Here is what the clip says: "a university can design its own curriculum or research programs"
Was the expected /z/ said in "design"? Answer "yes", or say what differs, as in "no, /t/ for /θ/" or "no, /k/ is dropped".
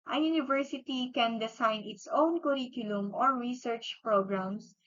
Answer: no, /s/ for /z/